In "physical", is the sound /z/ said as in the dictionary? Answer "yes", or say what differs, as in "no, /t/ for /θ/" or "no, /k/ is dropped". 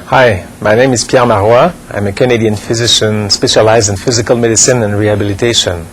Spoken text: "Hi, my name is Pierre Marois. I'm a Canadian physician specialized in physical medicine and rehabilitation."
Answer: yes